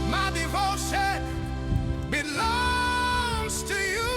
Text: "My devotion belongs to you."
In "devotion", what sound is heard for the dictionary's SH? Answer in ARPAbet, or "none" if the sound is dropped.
S